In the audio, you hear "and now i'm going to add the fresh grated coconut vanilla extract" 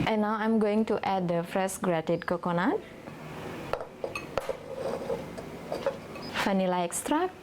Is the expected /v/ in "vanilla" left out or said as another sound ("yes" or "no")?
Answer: yes